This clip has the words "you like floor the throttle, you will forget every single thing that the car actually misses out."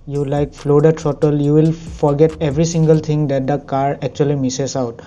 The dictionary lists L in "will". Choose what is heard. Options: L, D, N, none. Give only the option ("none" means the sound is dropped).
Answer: L